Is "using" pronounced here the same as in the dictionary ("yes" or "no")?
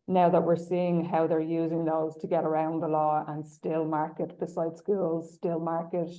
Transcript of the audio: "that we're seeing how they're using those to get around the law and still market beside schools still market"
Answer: yes